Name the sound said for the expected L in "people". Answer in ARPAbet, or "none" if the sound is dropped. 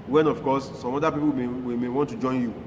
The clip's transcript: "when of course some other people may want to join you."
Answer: W